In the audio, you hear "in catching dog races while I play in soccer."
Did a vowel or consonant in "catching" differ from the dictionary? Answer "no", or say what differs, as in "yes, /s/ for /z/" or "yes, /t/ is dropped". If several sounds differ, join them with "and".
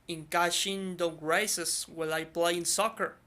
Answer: yes, /ʃ/ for /tʃ/